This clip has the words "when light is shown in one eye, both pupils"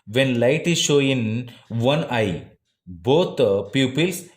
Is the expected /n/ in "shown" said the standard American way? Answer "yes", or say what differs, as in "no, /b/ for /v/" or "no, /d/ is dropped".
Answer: no, /n/ is dropped